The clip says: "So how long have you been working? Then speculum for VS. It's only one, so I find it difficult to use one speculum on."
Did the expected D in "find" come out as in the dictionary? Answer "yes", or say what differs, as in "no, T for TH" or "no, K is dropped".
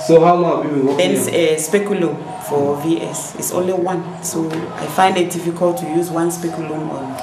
yes